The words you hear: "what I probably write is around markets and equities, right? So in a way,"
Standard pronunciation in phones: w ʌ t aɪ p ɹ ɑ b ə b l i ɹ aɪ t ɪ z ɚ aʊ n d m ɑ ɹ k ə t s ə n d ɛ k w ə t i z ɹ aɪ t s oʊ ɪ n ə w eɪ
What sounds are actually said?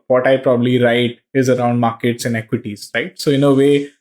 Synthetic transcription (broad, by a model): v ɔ t aɪ p ɹ ɑ b ə b l i ɹ aɪ t ɪ z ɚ aʊ n d m ɑ ɹ k ə t s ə n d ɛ k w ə t i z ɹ aɪ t s oʊ ɪ n ə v eɪ